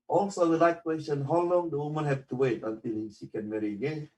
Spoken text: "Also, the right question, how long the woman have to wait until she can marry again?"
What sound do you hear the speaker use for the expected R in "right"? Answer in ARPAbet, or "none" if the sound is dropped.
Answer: L